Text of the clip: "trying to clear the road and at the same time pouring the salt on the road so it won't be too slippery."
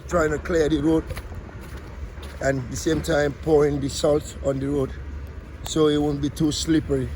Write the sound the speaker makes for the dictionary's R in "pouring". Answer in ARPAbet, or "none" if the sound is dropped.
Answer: R